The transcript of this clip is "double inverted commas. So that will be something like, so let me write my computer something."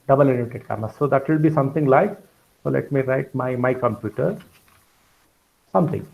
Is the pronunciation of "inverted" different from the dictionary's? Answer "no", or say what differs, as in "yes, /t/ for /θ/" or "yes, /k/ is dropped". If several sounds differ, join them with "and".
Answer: yes, /v/ is dropped